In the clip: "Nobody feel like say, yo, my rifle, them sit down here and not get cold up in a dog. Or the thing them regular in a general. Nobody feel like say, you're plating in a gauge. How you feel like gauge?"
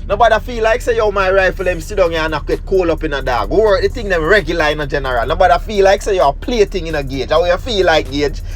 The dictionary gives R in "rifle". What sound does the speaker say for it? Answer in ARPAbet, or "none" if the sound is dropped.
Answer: R